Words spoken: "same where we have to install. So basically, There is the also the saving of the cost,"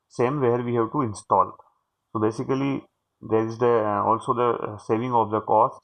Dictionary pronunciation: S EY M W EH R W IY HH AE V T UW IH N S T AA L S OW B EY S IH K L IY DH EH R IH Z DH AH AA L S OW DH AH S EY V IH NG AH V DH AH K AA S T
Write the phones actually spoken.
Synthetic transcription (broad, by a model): S EY M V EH R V IY HH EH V T UW IH N S T AA L S OW B EY S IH K L IY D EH R IH Z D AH AA L S OW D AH S EY V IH NG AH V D AH K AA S